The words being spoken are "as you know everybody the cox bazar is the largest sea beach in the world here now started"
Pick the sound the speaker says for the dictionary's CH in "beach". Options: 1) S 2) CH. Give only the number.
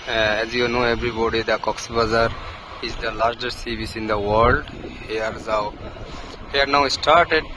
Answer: 1